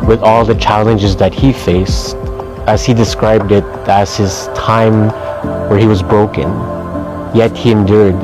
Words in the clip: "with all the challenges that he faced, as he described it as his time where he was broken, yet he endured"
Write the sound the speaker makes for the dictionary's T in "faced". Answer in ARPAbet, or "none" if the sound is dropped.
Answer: T